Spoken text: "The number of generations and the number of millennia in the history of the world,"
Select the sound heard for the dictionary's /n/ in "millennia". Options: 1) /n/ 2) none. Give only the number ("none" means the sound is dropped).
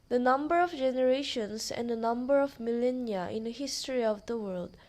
1